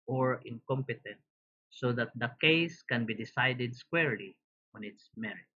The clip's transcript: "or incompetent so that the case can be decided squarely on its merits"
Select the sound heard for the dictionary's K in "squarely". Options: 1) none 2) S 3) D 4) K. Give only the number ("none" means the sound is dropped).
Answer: 4